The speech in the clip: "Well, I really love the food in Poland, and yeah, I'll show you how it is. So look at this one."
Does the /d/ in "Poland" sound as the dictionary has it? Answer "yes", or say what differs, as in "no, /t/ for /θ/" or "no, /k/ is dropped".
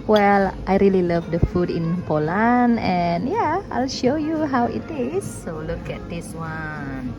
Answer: no, /d/ is dropped